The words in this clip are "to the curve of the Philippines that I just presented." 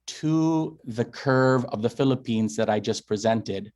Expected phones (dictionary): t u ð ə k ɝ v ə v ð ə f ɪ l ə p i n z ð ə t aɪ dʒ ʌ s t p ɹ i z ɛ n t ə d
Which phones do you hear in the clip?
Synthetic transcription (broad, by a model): t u ð ə k ɝ v ə v ð ə f ɪ l ə p i n z ð ə t aɪ dʒ ʌ s p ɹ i z ɛ n t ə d